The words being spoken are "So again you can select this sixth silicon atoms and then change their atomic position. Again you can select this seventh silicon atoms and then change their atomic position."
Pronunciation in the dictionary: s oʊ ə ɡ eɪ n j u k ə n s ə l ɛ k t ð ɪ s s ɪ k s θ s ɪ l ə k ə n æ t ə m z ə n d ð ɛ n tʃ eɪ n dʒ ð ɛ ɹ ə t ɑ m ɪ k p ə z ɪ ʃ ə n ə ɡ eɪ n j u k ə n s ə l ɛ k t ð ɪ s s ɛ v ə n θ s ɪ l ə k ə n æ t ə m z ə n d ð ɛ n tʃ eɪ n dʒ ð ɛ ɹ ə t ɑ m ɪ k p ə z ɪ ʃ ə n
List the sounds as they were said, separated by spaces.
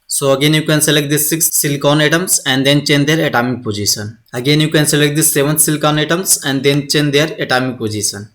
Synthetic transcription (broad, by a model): s oʊ ə ɡ eɪ n j u k ə n s ə l ɛ k t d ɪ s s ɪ k s s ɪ l k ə n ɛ t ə m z ə n d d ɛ n tʃ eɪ n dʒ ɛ ɹ ə t ɑ m ɪ k p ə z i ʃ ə n ə ɡ eɪ n j u k ə n s ə l ɛ k t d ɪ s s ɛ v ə n t s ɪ l k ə n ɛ t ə m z ə n d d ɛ n tʃ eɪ n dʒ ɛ ɹ ə t ɑ m ɪ k p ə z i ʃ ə n